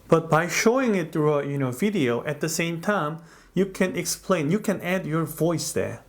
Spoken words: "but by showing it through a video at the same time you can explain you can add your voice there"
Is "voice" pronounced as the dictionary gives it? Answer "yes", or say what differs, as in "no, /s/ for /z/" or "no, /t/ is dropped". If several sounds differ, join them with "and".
yes